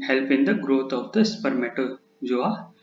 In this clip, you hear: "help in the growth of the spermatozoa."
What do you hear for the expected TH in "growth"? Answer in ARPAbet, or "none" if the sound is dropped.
T